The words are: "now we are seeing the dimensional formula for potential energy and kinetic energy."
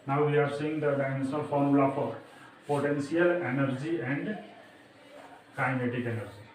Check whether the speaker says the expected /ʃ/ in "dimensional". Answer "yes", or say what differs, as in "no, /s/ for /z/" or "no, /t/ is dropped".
no, /ʃ/ is dropped